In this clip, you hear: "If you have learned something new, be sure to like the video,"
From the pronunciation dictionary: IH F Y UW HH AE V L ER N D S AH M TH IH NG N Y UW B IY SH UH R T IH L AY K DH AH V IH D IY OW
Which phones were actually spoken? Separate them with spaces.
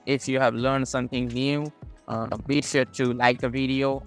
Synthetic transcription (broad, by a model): IH F Y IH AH V L ER N D S AH M TH IH NG N Y UW B IY SH UH R T IH L AY K DH AH V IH D IY OW